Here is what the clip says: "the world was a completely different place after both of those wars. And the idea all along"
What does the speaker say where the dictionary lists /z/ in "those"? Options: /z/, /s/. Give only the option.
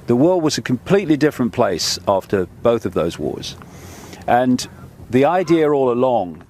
/z/